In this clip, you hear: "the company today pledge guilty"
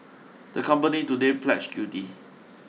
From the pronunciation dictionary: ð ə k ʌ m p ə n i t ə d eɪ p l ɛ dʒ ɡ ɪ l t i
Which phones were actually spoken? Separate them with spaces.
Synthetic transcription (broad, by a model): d ə k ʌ m p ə n i t ə d eɪ p l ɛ tʃ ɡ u t i